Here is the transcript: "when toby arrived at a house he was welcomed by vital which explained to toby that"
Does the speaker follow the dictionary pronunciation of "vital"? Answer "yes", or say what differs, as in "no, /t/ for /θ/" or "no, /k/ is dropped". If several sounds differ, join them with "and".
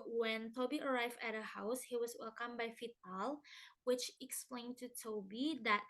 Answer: no, /f/ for /v/